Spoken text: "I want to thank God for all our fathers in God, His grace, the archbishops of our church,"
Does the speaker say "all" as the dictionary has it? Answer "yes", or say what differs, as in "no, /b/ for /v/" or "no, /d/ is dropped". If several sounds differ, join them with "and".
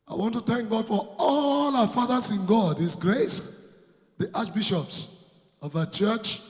yes